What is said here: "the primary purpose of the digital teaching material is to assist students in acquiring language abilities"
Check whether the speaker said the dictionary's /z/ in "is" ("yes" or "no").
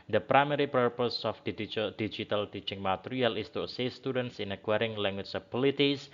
no